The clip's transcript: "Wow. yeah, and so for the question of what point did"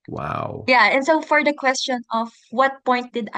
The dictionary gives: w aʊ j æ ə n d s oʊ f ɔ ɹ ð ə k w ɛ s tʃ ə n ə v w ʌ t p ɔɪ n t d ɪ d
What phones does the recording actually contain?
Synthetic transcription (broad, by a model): w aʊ j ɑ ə n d s oʊ f ɔ ɹ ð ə k w ɛ s tʃ ə n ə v w ʌ t p ɔɪ n t d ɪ d